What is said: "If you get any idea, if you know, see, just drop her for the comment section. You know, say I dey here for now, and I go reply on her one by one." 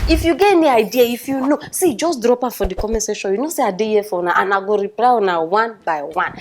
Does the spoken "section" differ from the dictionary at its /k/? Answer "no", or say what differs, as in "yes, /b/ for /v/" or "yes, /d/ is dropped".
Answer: yes, /k/ is dropped